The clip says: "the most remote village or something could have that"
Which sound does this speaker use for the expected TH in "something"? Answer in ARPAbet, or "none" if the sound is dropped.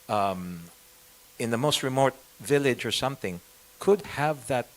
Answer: TH